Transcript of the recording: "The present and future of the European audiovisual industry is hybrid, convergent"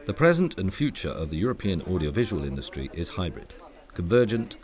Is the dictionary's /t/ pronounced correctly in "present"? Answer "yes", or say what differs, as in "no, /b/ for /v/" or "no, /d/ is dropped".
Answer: yes